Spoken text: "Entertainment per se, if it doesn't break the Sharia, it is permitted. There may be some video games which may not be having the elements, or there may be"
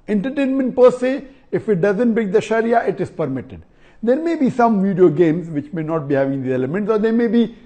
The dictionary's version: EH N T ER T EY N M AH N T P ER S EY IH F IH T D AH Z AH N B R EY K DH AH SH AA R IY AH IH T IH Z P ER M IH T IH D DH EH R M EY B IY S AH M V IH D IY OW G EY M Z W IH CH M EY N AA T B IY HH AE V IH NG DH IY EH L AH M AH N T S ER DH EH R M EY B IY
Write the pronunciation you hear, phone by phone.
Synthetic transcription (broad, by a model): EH N T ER T EY N M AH N T P ER S EY IH F IH T D AH Z AH N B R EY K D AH SH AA R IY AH IH T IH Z P ER M IH T IH D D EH R M EY B IY S AH M V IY D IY OW G EY M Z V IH CH M EY N AA T B IY HH AE V IH NG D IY EH L AH M AH N T S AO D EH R M EY B IY